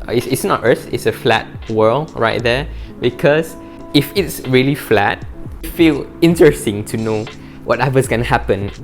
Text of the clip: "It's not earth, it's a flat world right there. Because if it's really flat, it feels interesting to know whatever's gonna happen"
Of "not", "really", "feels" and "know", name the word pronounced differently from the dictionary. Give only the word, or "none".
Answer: feels